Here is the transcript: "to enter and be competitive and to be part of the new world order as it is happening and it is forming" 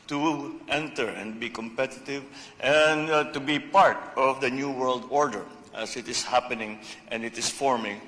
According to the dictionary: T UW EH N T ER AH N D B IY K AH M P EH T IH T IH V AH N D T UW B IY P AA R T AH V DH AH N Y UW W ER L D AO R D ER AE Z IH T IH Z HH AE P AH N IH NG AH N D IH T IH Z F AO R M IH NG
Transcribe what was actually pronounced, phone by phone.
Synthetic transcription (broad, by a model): T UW EH N T ER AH N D B IY K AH M P EH T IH T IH V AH N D T UW B IY P AA R T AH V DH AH N Y UW W ER L D AO R D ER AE S IH T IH S HH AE P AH N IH NG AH N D IH T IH S F AO R M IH NG